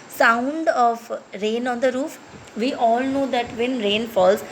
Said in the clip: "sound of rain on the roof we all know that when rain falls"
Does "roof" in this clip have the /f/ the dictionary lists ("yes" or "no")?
yes